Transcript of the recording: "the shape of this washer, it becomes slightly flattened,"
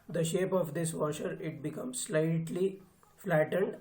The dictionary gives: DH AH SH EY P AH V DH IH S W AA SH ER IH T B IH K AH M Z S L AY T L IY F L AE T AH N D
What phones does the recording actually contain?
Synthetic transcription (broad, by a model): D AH SH EY P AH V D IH S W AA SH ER IH T B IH K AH M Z S L AY T L IY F L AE T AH N D